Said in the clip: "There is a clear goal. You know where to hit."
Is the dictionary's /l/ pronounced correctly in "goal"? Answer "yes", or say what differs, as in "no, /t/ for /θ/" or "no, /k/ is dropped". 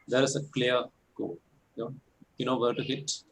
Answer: no, /n/ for /l/